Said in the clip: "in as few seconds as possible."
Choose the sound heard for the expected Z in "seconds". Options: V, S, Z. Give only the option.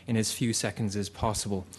Z